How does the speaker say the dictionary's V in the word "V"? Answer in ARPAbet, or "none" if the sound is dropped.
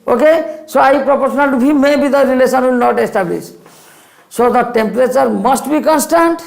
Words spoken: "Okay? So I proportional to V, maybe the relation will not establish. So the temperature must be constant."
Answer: B